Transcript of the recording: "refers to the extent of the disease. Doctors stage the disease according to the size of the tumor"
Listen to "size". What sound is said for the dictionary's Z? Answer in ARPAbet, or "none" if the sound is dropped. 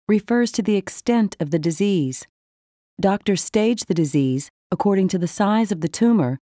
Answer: Z